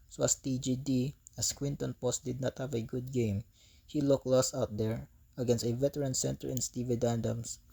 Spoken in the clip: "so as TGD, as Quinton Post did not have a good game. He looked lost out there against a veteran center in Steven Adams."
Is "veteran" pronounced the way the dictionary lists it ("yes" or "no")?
yes